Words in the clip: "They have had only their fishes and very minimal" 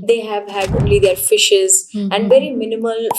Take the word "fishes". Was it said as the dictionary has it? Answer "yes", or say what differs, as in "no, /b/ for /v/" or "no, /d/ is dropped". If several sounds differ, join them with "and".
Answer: yes